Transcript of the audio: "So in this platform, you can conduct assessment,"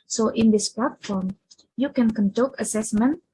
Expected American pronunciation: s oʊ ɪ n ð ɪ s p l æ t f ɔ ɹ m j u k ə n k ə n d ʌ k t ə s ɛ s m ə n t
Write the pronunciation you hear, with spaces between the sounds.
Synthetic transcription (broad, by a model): s oʊ ɪ n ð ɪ s p l æ t f ɔ ɹ m j u k ə n k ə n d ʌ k ə s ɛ s m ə n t